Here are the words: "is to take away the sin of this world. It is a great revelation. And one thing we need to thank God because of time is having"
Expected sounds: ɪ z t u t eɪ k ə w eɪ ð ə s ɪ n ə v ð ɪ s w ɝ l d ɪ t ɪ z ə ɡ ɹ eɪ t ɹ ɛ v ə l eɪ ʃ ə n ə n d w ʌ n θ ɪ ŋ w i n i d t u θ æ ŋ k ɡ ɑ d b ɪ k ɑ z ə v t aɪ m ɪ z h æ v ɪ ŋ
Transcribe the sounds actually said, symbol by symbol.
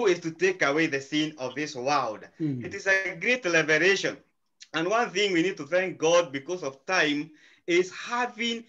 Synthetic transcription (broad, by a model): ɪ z t u t eɪ k ə w eɪ ð ə s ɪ n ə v ð ɪ s w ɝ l d ɪ t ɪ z ə ɡ ɹ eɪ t l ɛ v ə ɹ eɪ ʃ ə n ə n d w ʌ n θ ɪ ŋ w i n i d t u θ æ ŋ k ɡ ɑ d b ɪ k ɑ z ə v t aɪ m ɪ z h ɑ v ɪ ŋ